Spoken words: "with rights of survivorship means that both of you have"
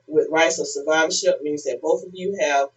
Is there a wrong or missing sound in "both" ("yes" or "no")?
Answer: no